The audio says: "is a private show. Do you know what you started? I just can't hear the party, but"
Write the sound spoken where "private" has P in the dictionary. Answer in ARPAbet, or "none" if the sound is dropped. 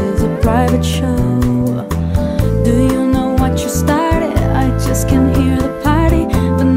P